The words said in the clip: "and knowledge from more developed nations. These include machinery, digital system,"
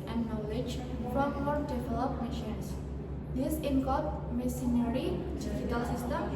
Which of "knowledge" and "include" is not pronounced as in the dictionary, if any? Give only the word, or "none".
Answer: include